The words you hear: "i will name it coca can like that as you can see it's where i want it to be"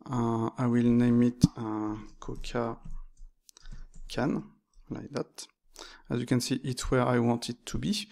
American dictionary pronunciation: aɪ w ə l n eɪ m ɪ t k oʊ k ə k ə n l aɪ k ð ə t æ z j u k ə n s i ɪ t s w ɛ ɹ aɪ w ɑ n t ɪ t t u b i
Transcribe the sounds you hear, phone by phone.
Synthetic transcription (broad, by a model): aɪ w ə l n eɪ m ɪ t k oʊ k ə k ə n l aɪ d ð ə t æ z j u k ə n s i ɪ t w ɛ ɹ aɪ w ɑ n t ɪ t t u b i